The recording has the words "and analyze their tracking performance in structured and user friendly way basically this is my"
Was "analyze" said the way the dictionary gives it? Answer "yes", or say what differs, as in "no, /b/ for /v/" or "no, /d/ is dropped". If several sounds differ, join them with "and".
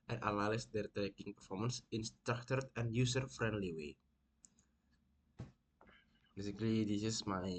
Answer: no, /l/ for /n/